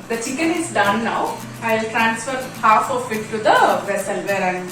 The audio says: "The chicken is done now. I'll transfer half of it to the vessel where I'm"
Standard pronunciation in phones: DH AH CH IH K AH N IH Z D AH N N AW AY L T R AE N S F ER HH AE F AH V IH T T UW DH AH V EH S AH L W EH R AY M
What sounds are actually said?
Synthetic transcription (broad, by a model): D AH CH IH K AH N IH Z D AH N N AW AY L T R AE N S F ER HH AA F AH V IH T T UW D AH V EH S AH L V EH R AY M